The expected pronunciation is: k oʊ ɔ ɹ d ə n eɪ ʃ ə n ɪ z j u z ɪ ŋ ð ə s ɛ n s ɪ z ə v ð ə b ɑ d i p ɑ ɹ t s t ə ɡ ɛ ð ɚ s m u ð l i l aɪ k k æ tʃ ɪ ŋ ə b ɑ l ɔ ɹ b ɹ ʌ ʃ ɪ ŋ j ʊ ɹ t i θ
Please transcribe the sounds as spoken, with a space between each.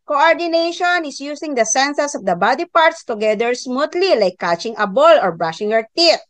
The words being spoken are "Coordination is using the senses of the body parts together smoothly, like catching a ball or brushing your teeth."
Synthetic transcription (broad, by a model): k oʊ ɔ ɹ d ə n eɪ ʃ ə n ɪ s j u s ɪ ŋ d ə s ɛ n s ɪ s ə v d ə b ɑ d i p ɑ ɹ t s t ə ɡ ɛ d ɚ s m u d l i l aɪ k k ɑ tʃ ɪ ŋ ə b ɑ l ɔ ɹ b ɹ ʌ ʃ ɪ ŋ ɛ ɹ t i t